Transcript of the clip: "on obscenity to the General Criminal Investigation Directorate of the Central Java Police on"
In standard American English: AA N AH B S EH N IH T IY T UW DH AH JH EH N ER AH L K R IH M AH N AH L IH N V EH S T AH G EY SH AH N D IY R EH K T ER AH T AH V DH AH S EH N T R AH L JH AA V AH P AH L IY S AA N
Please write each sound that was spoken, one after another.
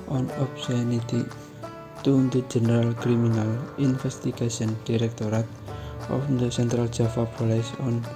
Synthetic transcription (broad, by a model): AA N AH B S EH N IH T IY T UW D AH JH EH N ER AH L K R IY M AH N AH L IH N F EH S T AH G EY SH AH N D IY R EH K T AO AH T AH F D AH S EH N T R AH L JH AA F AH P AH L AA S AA N